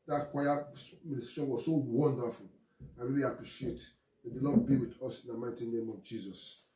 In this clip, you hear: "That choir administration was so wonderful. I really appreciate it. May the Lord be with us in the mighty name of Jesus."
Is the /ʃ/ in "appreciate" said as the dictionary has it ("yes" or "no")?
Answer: yes